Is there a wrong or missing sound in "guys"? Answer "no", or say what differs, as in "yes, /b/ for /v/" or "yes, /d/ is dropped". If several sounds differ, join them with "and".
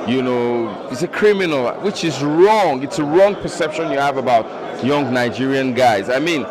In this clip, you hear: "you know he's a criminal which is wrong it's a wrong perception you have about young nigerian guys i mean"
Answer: no